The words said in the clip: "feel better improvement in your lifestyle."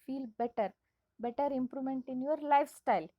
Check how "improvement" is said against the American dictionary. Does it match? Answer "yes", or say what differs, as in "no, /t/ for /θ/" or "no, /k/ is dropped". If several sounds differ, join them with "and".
no, /v/ is dropped